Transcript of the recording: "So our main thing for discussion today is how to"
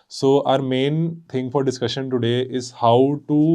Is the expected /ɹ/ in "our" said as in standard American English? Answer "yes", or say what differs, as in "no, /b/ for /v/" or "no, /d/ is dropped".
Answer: yes